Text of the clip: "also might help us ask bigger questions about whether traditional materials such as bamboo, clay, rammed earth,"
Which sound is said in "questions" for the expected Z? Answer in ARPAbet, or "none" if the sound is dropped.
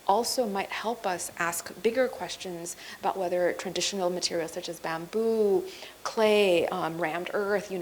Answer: Z